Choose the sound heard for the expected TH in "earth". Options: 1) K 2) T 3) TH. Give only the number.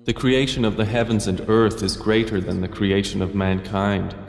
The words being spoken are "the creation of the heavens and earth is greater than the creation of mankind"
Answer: 3